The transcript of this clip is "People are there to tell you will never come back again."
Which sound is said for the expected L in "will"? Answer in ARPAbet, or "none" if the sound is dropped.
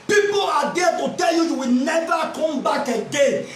W